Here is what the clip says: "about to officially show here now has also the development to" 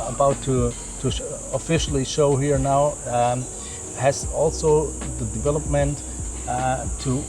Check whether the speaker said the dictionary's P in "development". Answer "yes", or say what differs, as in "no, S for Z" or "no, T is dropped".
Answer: yes